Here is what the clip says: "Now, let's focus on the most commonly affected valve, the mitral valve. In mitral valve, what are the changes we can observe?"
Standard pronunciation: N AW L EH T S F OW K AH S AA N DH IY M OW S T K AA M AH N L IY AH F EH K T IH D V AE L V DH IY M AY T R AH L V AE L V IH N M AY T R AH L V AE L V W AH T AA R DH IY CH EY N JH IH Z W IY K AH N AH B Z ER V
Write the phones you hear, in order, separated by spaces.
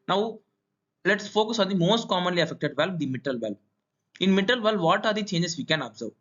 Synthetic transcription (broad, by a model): N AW L EH T S F OW K AH S AA N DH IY M OW S T K AA M AH N L IY AH F EH K T IH D V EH L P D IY M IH T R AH L V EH L P IH N M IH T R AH L V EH L V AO T AA R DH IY CH EY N JH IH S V IY K AH N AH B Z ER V